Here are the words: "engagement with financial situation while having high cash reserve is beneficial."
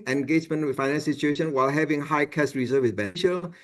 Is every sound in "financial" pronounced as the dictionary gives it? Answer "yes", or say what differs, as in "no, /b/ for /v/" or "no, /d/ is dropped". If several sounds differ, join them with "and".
no, /n/ is dropped and /ʃ/ is dropped and /n/ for /l/